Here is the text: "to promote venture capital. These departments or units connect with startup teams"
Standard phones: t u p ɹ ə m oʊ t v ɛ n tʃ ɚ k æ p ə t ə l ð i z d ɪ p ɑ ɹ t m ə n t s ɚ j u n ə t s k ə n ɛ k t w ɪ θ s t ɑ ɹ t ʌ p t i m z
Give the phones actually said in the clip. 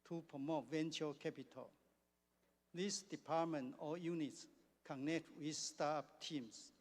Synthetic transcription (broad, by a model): t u p ɹ ə m oʊ t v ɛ n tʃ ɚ k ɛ p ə t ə l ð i s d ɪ p ɑ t m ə n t ɔ j u n ə t s k ə n ɛ k t w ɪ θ s t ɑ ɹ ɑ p t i m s